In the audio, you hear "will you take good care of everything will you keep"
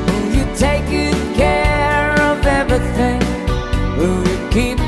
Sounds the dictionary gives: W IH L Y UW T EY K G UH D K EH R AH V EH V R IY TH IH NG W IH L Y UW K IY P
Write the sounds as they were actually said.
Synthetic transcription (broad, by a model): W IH L Y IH T EY K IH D K EH R AH V EH V R IY TH IH NG W IH L Y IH K IY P